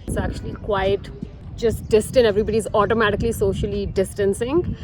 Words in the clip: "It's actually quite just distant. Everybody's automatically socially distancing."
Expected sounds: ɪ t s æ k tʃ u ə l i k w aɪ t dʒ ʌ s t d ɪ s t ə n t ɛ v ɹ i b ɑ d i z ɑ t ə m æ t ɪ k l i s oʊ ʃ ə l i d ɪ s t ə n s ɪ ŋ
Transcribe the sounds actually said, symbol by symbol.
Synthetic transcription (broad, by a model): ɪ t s æ k tʃ u ə l i k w aɪ t dʒ ʌ s t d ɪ s t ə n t ɛ v ɹ i b ɑ d i z ɑ t ə m æ t ɪ k l i s oʊ ʃ ə l i d ɪ s t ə n s ɪ ŋ